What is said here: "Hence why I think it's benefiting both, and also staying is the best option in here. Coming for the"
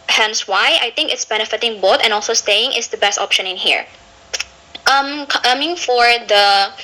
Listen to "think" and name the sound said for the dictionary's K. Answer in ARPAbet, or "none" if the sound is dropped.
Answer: K